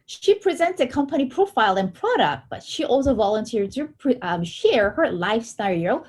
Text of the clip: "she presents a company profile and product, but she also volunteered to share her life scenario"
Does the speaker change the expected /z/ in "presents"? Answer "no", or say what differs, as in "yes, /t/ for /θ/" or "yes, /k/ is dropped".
no